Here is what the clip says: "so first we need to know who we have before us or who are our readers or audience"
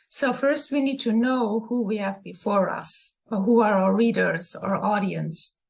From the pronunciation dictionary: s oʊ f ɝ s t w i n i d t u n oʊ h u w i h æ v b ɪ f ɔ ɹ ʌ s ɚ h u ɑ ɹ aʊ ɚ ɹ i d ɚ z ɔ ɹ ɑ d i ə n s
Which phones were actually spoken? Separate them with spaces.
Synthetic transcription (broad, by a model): s oʊ f ɝ s t w i n i d t u n oʊ h u w i h æ v b ɪ f ɔ ɹ ʌ s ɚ h u ɑ ɹ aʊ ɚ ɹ i d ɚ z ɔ ɹ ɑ d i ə n s